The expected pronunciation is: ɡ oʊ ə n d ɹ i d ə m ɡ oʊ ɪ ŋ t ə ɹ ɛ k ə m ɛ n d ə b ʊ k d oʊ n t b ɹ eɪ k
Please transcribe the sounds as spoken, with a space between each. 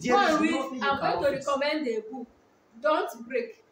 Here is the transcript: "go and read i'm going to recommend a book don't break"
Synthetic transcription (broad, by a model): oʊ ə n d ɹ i ə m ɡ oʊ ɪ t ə ɹ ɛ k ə m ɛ n d ə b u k d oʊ n t b ɹ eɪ k